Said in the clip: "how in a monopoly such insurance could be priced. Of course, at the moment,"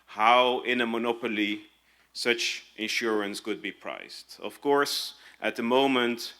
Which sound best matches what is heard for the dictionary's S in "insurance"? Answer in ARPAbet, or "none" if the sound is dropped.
S